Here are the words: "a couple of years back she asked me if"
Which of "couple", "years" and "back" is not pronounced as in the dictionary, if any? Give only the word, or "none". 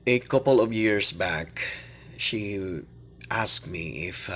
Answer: years